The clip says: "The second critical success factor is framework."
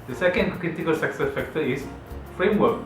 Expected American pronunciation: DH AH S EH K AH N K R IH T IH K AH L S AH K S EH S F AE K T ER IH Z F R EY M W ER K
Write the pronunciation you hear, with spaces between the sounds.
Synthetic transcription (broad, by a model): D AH S EH K AH N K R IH T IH K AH L S AH K S EH S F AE K T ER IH S F R EY M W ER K